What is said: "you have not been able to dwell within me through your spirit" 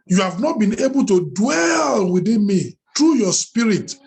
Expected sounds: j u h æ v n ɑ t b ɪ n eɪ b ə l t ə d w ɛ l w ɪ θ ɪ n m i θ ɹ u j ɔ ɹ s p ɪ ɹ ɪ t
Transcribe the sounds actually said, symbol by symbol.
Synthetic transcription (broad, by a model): j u h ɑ v n ɑ t b ɪ n eɪ b ə l t ə d w ɛ l w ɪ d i n m i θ ɹ u j ɔ s p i ɹ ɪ t